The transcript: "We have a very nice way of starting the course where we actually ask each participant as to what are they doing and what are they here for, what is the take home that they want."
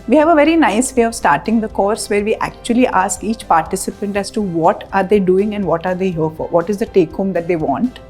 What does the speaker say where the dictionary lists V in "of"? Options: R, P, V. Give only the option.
V